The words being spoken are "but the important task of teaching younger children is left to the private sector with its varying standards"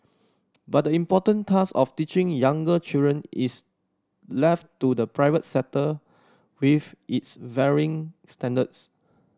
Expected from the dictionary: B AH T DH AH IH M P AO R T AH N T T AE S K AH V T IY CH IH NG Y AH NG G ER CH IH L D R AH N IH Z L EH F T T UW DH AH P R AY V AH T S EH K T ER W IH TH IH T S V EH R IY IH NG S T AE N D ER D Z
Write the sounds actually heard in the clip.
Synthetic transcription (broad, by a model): B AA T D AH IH M P AO T AH N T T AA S AH F T IY CH IH NG Y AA NG G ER CH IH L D R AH N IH S L EH F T T UW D AH P R AY V AH T S EH T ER W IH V IH T S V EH R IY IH NG S T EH N D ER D S